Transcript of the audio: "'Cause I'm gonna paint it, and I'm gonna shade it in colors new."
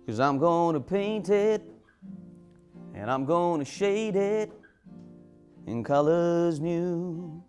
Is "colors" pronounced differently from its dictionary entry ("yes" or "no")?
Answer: no